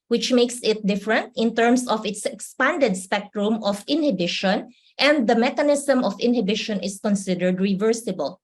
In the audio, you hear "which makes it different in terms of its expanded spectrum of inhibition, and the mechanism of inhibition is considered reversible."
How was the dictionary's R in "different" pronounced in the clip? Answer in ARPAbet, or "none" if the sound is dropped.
R